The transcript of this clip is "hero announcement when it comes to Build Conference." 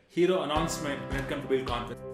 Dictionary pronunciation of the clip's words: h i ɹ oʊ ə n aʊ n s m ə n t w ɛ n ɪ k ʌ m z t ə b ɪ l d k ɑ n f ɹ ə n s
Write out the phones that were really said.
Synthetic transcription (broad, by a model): h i ɹ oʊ ə n aʊ n s m ə n t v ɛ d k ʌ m t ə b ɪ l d k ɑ n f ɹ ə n